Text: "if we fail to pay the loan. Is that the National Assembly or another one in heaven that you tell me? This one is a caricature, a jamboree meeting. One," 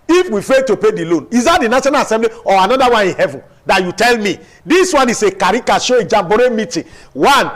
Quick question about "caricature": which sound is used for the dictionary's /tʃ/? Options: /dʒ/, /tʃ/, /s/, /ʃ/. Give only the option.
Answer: /ʃ/